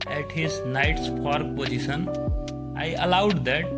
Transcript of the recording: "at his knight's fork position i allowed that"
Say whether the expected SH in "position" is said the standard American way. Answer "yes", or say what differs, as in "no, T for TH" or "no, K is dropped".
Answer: no, S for SH